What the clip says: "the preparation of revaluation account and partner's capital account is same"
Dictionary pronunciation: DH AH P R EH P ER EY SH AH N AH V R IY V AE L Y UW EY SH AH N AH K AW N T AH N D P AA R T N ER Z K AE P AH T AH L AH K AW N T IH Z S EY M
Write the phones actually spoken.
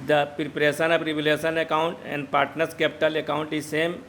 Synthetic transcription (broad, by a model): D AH P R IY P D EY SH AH N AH P R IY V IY L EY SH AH N AH K AW N T AH N D P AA R T N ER S K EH P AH T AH L AH K AW N T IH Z S EY M